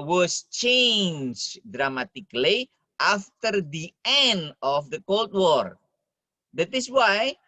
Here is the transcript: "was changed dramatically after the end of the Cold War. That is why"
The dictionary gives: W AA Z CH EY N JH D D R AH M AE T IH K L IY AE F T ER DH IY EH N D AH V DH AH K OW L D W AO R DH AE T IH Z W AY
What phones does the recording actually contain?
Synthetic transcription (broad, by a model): W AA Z CH EY N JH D D R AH M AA T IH K L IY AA F T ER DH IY EH N D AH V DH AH K OW L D W AO R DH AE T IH S W AY